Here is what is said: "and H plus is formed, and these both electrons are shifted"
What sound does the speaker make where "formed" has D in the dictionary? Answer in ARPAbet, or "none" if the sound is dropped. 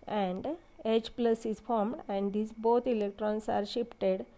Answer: D